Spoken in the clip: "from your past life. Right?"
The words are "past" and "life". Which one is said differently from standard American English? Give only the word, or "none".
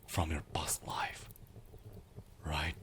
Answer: past